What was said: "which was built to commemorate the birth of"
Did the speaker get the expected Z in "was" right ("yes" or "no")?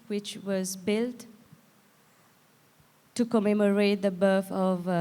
yes